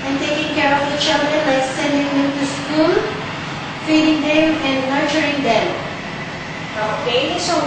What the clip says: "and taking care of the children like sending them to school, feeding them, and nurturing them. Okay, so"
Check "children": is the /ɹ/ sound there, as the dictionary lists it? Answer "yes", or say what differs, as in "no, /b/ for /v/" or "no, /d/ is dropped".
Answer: no, /ɹ/ is dropped